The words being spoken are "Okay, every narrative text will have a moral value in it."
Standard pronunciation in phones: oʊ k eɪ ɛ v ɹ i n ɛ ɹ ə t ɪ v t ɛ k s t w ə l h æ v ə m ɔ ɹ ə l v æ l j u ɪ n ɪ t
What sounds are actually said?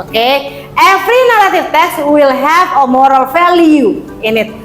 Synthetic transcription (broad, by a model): oʊ k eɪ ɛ f ɹ i n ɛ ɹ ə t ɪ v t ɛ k s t w ə l h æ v ə m ɔ ɹ ə l f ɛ l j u ɪ n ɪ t